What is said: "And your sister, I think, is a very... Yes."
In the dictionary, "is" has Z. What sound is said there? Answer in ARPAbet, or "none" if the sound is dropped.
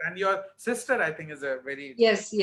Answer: Z